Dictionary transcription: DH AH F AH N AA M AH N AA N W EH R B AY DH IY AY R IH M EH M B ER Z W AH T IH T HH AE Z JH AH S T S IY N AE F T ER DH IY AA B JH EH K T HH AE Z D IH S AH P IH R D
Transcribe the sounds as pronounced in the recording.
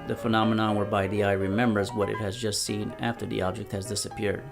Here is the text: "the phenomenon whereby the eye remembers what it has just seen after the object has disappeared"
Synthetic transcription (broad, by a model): DH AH F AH N AA M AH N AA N W EH R B AY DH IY AY R IH M EH M B ER Z W AH T IH T HH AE Z JH AH S T S IY N AE F T ER DH IY AA B JH EH K T HH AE Z D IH S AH P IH R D